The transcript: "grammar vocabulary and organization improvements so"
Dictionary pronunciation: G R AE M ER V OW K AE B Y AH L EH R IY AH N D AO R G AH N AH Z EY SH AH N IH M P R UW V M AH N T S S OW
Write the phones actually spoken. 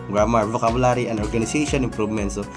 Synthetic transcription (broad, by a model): G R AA M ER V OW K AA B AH L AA R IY AH N D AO R G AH N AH S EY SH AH N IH M P R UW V M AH N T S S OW